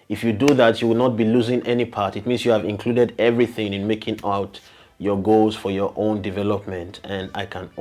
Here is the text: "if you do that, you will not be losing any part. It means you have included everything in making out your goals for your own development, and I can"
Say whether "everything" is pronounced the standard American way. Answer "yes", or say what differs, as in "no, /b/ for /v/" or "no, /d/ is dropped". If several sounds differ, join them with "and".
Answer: yes